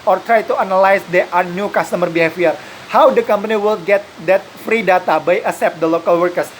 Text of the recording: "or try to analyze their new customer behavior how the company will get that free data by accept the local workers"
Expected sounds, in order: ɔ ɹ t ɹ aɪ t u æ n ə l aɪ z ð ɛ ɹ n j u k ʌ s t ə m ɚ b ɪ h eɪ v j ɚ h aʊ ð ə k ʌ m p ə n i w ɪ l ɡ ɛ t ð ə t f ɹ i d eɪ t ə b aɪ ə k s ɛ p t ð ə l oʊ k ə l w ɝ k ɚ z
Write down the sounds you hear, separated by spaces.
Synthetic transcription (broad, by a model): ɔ ɹ t ɹ aɪ t u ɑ n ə l aɪ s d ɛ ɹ n j u k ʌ s t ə m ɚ b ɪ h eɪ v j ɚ h aʊ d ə k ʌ m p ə n i w ɪ l ɡ ɛ t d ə t f ɹ i d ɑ t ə b aɪ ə s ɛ p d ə l oʊ k ə l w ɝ k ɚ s